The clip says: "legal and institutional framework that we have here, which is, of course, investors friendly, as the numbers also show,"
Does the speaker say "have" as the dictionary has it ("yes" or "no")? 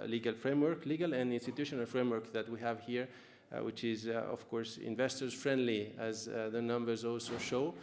yes